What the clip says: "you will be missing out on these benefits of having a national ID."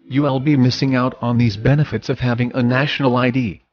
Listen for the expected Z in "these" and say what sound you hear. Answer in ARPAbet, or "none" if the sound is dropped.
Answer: Z